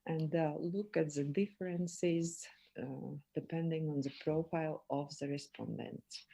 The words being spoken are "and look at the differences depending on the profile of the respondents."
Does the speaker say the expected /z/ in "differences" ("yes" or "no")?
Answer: yes